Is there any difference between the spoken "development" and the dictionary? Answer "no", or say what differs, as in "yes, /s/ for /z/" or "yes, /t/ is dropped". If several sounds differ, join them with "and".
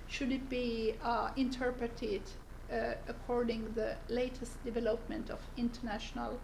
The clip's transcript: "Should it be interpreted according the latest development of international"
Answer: no